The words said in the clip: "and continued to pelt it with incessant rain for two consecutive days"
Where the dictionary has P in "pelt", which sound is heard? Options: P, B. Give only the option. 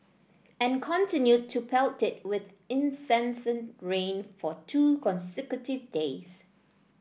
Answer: P